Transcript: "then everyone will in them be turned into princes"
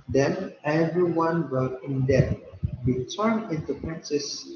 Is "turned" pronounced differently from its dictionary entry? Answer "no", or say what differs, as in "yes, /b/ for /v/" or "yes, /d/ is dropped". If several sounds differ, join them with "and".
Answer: yes, /d/ is dropped